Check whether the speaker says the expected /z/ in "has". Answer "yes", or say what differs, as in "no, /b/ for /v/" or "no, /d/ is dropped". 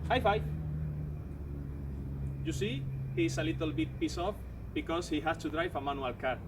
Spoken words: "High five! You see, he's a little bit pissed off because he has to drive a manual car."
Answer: no, /s/ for /z/